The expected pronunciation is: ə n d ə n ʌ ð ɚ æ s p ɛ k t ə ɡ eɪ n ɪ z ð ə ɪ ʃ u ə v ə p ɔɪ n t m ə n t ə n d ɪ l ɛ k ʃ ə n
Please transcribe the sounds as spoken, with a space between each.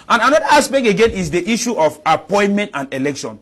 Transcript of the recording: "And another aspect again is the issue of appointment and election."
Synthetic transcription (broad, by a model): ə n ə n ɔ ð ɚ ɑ s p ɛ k ə ɡ eɪ n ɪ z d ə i ʃ u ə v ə p ɔɪ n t m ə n t ə n d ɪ l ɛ k ʃ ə n